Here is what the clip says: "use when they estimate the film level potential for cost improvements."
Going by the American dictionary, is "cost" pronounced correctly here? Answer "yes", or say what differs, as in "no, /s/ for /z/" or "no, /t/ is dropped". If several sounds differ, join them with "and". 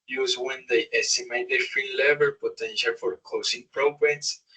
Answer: no, /t/ is dropped